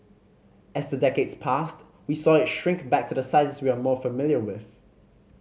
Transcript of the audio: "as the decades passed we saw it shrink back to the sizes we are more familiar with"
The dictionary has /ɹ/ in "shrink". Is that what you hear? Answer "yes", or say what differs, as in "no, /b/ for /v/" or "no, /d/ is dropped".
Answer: yes